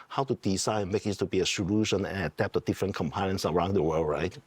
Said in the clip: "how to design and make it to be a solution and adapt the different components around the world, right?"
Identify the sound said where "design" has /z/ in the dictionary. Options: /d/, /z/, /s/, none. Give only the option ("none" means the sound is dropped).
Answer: /s/